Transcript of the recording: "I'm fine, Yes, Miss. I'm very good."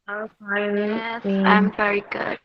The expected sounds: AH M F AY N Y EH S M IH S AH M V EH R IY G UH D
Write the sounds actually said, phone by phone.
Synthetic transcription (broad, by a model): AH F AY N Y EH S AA AH M V EH R IY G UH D